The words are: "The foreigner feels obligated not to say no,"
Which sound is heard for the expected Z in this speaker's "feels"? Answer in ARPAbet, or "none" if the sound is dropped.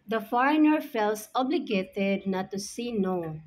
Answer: S